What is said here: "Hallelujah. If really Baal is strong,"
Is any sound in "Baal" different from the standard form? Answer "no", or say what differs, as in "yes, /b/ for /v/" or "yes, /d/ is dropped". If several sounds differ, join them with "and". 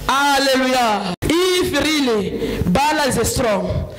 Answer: no